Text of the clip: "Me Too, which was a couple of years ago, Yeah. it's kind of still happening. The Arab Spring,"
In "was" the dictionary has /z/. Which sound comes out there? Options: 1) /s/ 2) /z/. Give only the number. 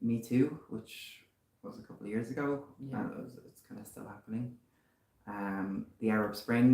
2